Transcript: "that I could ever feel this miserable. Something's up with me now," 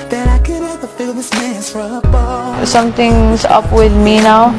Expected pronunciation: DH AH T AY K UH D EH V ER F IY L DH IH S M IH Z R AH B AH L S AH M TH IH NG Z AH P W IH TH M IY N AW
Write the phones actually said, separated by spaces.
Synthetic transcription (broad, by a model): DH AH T AY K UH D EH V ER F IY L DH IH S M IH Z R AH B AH S AH M T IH NG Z AH P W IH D M IY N AW